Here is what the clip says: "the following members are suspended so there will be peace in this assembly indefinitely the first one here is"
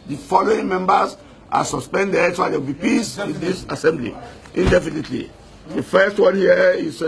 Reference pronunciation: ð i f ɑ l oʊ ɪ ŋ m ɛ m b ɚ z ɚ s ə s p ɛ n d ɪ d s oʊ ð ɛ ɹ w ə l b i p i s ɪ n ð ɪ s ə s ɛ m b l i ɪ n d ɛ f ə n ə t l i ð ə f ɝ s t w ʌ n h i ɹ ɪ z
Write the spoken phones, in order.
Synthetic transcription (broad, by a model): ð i f ɑ l oʊ ɪ ŋ m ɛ m b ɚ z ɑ s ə s p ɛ n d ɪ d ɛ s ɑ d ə w b i p i s ɪ n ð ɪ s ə s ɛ m b l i ɪ n d ɛ f ə n ə t l i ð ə f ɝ s t w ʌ n h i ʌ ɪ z